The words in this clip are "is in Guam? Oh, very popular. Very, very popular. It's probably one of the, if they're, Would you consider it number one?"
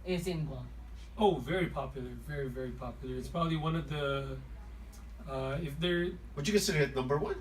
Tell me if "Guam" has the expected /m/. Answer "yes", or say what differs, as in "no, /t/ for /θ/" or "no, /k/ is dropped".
no, /m/ is dropped